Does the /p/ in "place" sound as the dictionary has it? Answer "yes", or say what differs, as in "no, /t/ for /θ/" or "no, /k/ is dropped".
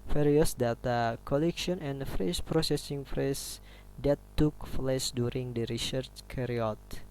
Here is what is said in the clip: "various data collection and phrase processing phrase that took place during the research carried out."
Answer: no, /f/ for /p/